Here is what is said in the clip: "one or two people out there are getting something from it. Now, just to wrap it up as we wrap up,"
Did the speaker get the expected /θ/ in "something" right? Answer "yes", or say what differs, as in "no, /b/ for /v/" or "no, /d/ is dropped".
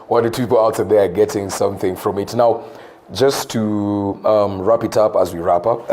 yes